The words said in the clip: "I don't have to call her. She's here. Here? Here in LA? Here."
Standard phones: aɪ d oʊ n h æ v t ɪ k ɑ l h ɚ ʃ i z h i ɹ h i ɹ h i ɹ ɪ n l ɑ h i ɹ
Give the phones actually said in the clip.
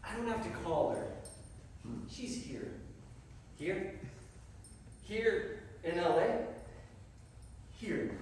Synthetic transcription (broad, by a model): aɪ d oʊ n h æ f t ɪ k ɑ l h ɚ ʃ i z h i ɹ h i ɹ h i ɹ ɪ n l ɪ h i ɹ